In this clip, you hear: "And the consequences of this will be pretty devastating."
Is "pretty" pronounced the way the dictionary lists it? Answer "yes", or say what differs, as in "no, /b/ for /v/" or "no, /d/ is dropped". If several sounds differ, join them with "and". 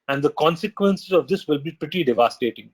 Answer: yes